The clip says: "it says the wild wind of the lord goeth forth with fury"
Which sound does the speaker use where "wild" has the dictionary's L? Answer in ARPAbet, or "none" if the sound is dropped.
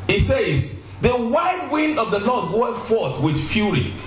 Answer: none